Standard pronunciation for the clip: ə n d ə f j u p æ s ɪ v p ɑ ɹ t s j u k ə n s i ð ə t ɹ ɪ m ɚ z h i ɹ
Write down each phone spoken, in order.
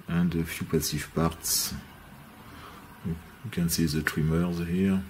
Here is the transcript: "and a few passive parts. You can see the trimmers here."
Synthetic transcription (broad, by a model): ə n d ə f j u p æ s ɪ f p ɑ ɹ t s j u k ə n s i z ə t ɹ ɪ m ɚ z h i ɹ